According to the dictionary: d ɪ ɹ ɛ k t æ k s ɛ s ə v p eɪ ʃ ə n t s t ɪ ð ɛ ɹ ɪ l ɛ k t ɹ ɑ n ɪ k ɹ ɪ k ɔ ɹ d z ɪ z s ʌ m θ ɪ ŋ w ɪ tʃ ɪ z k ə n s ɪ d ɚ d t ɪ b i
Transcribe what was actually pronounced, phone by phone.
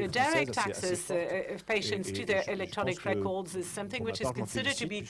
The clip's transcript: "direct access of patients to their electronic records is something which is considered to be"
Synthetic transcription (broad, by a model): d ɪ ɹ ɛ k t æ k s ɛ s ə v p eɪ ʃ ə n t s t ɪ ð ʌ ɹ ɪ l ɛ k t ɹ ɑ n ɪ k ɹ ɪ k ɔ ɹ d z ɪ z s ʌ m θ ɪ ŋ w ɪ tʃ ɪ z k ə n s ɪ d ɚ d t ɪ b i